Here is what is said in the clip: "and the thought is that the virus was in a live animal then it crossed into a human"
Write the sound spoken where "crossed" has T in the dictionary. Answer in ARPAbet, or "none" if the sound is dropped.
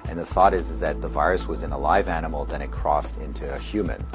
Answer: T